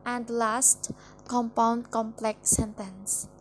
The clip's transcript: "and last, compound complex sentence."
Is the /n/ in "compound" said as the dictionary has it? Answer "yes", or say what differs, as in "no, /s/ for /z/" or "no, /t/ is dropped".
yes